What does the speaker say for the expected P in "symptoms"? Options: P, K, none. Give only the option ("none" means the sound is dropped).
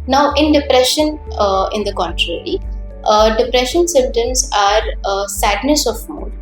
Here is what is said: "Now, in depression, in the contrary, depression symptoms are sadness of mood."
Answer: none